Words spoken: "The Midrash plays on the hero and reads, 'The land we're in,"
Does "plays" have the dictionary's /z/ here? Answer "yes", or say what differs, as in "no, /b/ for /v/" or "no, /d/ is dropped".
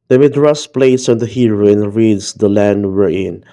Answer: no, /s/ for /z/